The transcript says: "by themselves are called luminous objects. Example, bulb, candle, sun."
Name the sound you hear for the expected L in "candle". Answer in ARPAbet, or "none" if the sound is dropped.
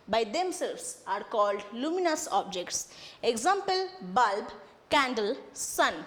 L